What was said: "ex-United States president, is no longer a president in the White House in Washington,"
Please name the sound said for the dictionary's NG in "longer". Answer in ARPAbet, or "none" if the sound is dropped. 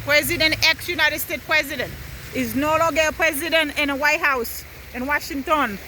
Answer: none